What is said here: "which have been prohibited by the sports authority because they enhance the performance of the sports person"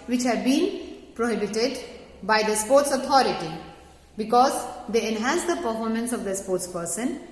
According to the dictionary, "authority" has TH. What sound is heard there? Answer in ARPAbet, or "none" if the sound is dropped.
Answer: T